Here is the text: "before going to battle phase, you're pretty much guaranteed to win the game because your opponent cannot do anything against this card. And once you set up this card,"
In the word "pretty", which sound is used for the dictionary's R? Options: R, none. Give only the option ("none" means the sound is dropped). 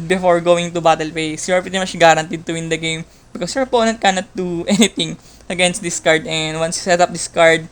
none